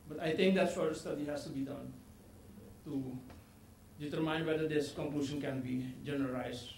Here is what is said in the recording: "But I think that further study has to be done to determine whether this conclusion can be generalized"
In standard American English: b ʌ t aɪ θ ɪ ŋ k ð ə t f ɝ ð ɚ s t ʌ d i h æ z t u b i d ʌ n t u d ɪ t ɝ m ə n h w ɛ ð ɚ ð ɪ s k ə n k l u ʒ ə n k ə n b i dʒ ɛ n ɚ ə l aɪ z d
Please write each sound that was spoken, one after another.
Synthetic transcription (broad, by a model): b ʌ t aɪ t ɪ ŋ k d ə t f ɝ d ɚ s t ʌ d i h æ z t u b i d ʌ n t u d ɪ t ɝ m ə n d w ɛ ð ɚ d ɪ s k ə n k l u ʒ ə n k ə n b i dʒ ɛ n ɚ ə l aɪ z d